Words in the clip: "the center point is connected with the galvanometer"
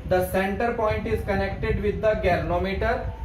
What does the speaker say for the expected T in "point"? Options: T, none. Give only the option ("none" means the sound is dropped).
T